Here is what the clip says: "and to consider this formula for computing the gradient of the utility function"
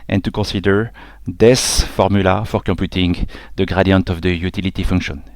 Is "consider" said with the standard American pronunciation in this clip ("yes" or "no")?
no